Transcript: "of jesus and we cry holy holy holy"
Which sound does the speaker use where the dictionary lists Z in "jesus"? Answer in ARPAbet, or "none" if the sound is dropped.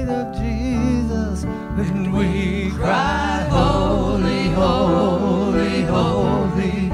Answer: Z